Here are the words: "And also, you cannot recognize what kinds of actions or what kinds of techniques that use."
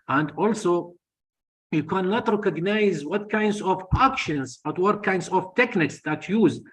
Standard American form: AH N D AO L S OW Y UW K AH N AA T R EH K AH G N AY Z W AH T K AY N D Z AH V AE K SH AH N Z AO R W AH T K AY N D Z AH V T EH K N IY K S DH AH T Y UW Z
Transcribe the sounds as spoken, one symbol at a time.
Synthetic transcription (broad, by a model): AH N D AO L S OW Y UW K AH N AA T R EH K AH G N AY Z W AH T K AY N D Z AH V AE K SH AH N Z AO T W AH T K AY N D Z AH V T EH K N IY K S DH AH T Y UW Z